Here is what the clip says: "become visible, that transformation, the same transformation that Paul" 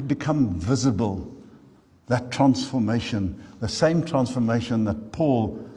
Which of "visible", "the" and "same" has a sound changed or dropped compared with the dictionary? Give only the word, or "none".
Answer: none